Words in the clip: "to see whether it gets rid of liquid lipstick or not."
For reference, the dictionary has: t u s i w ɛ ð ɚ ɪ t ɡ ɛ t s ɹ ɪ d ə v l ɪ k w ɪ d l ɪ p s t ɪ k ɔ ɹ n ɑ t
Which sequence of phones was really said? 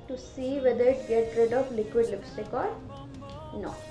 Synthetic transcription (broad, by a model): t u s i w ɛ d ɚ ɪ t ɡ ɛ t ɹ ɪ d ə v l ɪ k w ɪ d l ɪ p s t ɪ k ɔ ɹ n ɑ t